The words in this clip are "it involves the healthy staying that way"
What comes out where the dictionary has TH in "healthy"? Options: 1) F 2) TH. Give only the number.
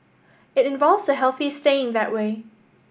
2